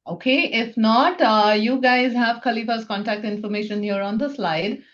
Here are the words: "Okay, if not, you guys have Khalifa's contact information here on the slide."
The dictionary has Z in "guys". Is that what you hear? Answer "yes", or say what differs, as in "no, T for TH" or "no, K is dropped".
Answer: yes